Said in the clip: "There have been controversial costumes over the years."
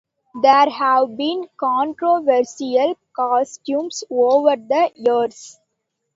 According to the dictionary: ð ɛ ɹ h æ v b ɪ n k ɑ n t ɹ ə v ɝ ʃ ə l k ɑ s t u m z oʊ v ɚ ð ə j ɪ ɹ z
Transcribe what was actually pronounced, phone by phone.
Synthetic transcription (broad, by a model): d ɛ ɹ h æ v b ɪ n k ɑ n t ɹ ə v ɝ s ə l k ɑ s t u m s oʊ v ɚ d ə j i ɹ s